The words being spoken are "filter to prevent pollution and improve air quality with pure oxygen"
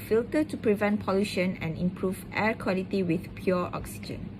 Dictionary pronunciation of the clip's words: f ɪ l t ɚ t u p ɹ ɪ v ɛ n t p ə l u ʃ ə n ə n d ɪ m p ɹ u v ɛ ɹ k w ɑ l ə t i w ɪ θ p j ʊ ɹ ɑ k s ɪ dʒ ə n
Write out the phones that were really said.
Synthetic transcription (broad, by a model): f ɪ l t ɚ t u p ɹ ɪ v ɛ n t p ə l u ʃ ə n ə n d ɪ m p ɹ u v ɛ ɹ k w ɑ l ə t i w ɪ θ p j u ɑ k s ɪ dʒ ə n